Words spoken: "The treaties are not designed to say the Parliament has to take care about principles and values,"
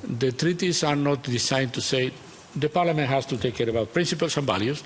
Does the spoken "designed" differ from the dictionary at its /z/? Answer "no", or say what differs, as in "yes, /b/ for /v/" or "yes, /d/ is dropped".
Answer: yes, /s/ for /z/